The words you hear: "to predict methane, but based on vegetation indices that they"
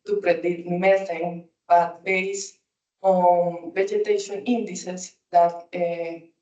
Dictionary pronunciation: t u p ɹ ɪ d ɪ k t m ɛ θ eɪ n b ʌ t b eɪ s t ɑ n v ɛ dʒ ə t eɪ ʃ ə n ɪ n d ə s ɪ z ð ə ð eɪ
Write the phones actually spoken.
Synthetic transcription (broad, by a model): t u p ɹ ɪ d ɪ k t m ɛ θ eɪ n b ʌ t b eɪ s ɑ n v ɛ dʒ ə t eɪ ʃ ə n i n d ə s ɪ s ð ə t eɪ